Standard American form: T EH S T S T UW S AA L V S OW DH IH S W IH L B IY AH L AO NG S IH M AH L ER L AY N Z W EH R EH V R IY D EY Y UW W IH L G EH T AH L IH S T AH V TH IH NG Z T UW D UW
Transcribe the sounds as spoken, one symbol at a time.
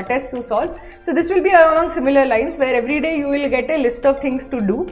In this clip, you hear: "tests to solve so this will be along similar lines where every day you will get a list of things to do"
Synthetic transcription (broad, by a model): T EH S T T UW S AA L S OW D IH S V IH L B IY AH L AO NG S IH M AH L ER L AY N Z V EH R EH V R IY D EY Y UW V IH L G EH T AH L IH S T AH V T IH NG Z T UW D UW